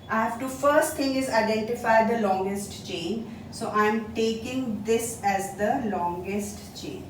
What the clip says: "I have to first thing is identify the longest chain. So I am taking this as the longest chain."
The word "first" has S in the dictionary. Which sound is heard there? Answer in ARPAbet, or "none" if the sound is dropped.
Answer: S